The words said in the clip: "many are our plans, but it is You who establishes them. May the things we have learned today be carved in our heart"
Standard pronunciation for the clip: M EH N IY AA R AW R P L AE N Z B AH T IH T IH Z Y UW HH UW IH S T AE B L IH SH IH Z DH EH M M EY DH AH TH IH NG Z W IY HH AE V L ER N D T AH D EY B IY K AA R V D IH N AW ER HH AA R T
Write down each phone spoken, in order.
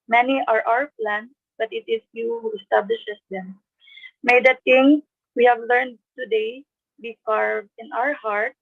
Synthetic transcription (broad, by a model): M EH N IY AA R AW R P L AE N S B AH T IH T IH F Y UW HH UW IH S T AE B L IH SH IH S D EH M M EY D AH T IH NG W IY HH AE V L ER N D T AH D EY B IY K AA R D IH N AW ER HH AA R T